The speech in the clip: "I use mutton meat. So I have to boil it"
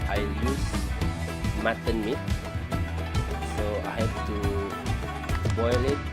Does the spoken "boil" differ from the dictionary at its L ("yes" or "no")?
no